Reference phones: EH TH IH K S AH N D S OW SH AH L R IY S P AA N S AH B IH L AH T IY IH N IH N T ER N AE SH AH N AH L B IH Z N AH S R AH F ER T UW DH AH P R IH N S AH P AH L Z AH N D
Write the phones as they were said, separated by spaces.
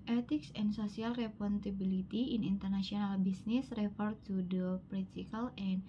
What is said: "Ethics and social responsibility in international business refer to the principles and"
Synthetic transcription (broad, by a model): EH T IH K S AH N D S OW S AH L R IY P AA N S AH B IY L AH T IY IH N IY N T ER N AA S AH N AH L B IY S N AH S R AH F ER T UW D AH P R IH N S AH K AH L AH N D